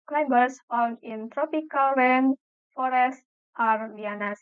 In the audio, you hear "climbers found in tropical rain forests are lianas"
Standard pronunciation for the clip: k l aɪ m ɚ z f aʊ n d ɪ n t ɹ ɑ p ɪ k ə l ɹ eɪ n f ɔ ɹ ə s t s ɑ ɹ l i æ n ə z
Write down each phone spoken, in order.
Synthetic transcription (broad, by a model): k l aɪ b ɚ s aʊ l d ɪ n t ɹ ɑ p ɪ k ə l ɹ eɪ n f ɔ ɹ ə s t ɑ ɹ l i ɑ n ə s